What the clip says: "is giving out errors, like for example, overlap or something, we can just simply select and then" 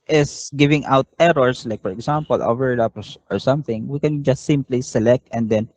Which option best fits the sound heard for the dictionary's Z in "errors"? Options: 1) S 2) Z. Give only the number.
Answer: 1